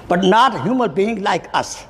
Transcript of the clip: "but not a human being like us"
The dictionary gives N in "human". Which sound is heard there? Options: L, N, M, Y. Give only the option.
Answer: L